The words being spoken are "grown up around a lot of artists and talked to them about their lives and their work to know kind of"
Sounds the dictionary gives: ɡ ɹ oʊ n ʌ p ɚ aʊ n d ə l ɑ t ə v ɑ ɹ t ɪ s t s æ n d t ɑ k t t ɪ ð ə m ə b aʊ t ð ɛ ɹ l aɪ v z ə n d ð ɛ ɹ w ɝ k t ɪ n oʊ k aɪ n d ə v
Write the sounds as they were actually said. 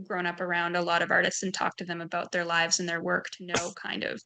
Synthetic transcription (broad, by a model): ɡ ɹ oʊ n ʌ p ɚ aʊ n d ə l ɑ t ə v ɑ ɹ t ɪ s t s n t ɑ k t t ɪ ð ə m ə b aʊ t ð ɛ ɹ l aɪ v z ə n ð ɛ ɹ w ɝ k t ɪ n oʊ k aɪ n d ə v